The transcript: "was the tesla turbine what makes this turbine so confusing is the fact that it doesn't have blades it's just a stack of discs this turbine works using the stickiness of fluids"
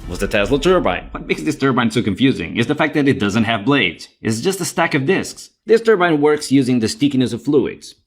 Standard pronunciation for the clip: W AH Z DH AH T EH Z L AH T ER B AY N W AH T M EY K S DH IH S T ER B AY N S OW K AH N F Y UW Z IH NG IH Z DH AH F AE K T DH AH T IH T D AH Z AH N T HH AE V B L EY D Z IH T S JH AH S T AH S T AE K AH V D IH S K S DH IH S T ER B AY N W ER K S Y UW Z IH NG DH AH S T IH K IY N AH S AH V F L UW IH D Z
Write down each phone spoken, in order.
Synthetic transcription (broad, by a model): W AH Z DH AH T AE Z L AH T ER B AY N W AH T M EY K S DH IH S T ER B AY N S OW K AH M F Y UW Z IH NG IH Z DH AH F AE K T DH AH T IH T D AH Z AH N T HH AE V B L EY D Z IH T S JH AH S T AH S T AE K AH V D IH S K S DH IH S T ER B AY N W ER K S Y UW Z IH NG DH AH S T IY K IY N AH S AH V F L UW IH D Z